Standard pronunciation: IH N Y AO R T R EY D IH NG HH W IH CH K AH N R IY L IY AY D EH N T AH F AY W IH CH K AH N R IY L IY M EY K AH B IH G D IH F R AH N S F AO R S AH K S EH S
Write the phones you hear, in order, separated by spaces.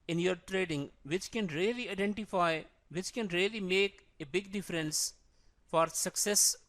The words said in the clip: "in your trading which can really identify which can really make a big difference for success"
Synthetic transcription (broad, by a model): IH N Y AO R T R EY D IH NG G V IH CH K AH N R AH L IY AY D EH N T AH F AY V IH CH K AH N R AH L IY M EY K AH B IH G D IH F R AH N S F AO R S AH K S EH S